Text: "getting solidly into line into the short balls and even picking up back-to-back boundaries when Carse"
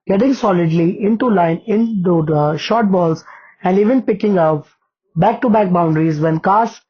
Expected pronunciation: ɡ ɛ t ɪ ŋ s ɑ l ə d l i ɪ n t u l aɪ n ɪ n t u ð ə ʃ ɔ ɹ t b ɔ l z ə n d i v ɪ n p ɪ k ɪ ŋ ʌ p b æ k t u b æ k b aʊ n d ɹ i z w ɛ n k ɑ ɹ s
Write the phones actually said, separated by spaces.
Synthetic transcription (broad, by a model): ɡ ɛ t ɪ ŋ s ɑ l ə d l i ɪ n t u l aɪ n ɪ n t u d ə ʃ ɔ ɹ t b ɔ l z ə n d i v ɪ n p ɪ k ɪ ŋ ʌ p b æ k t u b æ k b aʊ n d ɹ i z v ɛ n k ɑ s